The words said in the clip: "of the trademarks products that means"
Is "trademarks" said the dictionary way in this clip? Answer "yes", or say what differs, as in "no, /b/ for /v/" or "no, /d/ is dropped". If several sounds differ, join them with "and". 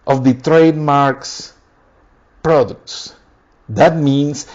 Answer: yes